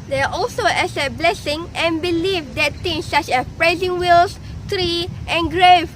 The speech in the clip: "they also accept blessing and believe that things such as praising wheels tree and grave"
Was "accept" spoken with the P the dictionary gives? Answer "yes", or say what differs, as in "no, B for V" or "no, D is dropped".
no, P is dropped